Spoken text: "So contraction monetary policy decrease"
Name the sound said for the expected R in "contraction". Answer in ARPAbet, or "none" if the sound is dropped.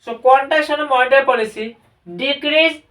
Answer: none